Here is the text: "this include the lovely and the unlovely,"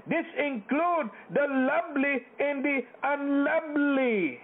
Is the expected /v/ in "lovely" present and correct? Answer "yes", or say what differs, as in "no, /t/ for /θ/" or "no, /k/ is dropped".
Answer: no, /b/ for /v/